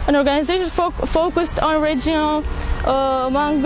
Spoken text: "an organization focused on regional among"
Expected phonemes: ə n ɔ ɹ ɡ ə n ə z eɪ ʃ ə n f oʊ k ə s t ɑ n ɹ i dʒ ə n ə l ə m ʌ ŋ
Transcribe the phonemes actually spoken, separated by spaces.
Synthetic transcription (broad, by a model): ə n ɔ ɹ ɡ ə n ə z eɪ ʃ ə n f oʊ k ə s t ɑ n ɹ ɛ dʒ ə ə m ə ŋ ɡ